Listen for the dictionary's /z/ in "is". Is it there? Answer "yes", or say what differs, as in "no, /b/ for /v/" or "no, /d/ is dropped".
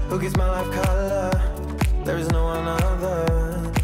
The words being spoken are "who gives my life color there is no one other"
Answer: yes